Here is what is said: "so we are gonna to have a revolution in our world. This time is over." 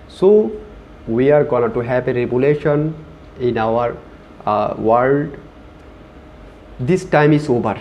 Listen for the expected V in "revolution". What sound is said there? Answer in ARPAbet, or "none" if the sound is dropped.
B